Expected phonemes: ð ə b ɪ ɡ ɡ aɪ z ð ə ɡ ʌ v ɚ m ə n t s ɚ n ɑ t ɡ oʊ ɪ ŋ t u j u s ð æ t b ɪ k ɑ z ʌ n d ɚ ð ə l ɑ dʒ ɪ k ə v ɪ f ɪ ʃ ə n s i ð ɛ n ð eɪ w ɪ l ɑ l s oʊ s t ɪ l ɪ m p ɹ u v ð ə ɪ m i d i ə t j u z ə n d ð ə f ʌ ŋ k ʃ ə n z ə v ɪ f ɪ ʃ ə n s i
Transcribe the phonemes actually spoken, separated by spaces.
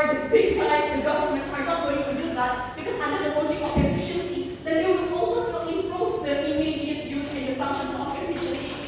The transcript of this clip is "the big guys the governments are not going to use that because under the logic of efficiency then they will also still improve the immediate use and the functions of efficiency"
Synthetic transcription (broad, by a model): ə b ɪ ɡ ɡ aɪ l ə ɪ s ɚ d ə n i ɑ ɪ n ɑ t ɡ oʊ ɪ ŋ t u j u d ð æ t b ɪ k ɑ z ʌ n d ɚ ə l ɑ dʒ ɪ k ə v ɪ f ɪ ʃ ə n s i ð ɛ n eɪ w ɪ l ɑ l s oʊ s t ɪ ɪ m p ɹ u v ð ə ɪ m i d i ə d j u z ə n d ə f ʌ k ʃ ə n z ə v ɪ f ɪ ʃ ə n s i